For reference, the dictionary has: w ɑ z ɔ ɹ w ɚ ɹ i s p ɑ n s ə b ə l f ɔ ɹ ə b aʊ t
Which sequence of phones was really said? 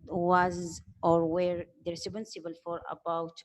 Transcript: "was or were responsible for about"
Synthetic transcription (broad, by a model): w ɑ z ɔ ɹ w ɚ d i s b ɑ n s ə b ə l f ɔ ɹ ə b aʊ t